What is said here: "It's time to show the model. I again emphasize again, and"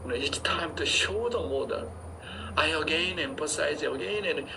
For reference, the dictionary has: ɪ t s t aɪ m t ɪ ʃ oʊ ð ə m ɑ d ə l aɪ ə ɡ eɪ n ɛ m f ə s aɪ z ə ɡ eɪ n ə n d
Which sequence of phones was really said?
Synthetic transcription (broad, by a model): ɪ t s t aɪ m t ɪ ʃ oʊ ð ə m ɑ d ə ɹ aɪ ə ɡ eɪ n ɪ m p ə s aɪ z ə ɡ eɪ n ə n